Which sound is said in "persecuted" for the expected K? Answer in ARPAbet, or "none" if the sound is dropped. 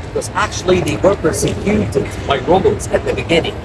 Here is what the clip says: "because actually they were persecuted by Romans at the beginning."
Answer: none